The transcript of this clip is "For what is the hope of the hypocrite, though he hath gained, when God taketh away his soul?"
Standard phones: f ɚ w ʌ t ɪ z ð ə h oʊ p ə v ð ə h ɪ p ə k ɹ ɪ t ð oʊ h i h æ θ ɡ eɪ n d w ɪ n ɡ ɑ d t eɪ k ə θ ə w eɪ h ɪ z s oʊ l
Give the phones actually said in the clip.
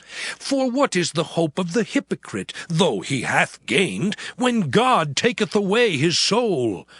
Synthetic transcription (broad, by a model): f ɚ w ʌ t ɪ z ð ə h oʊ p ə v ð ə h ɪ p ə k ɹ ɪ t ð oʊ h i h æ θ ɡ eɪ n d w ɪ n ɡ ɑ d t eɪ k ə θ ə w eɪ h ɪ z s oʊ l